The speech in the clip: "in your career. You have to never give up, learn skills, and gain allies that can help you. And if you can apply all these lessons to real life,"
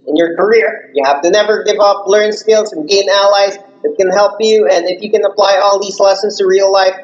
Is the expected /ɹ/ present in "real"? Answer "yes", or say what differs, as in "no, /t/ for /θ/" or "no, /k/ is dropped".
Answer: yes